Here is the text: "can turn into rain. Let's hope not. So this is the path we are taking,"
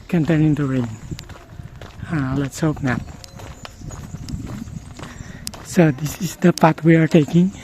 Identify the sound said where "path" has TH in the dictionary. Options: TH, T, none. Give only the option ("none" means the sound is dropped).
T